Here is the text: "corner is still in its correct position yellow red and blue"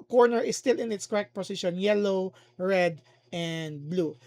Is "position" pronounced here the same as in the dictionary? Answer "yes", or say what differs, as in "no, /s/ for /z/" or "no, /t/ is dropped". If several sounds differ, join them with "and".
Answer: no, /s/ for /z/